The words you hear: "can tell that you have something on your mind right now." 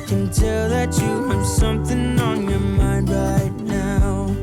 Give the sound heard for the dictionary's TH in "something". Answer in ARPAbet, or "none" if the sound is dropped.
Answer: TH